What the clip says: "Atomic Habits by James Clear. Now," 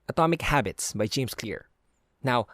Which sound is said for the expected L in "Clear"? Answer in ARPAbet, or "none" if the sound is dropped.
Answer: L